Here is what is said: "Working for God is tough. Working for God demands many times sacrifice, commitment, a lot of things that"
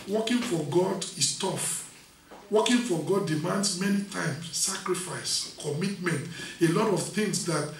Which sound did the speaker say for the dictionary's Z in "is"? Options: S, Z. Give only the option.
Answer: S